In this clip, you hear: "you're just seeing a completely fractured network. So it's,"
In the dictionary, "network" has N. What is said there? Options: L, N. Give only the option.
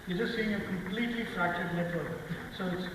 L